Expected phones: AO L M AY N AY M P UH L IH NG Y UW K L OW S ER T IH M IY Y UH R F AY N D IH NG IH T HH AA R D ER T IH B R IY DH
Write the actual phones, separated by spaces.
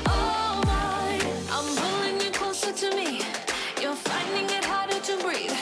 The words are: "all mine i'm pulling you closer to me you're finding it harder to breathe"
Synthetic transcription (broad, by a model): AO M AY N AY M B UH L IH NG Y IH K L OW S ER T IH M IY Y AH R F AY N D IH NG IH T HH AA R D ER T IH B R IY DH